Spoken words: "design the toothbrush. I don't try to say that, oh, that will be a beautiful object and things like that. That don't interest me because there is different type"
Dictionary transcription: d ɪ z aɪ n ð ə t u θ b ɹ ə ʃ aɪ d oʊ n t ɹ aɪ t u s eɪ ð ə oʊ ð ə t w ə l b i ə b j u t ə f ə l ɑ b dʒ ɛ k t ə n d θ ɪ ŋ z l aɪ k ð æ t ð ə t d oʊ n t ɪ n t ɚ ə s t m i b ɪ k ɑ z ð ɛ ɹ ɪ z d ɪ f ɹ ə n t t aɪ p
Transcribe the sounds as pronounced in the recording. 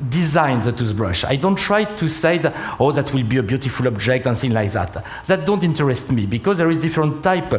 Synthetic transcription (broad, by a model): d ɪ z aɪ n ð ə t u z b ɹ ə ʃ aɪ d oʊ n t ɹ aɪ t u s eɪ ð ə oʊ ð ə t w ə l b i ə b j u t ə f ə l ɑ b dʒ ɛ k t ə n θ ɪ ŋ l aɪ k ð æ t ð ə t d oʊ n t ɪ n t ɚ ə s t m i b ɪ k ɑ z ð ɛ ɹ ɪ z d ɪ f ɹ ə n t t aɪ p